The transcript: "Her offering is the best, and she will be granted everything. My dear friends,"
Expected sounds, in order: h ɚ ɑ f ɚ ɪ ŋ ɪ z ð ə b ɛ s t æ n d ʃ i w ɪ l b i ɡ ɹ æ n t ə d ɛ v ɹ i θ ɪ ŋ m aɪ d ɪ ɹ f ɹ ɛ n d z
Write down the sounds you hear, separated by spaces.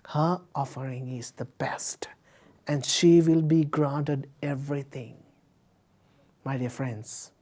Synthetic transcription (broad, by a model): h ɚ ɑ f ɚ ɪ ŋ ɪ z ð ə b ɛ s t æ n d ʃ i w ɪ l b i ɡ ɹ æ n t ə d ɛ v ɹ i t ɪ ŋ m aɪ d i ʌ f ɹ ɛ n d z